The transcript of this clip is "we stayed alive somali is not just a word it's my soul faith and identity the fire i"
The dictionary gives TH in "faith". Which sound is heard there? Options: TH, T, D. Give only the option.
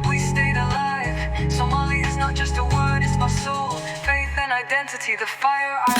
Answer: TH